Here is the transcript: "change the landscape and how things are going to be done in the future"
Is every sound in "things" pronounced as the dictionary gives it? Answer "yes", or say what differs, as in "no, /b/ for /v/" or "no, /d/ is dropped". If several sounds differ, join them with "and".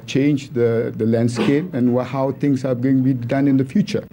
no, /t/ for /θ/ and /s/ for /z/